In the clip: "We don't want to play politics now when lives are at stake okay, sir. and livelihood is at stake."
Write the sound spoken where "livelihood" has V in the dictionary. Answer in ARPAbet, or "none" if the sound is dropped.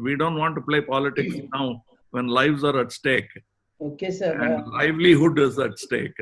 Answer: V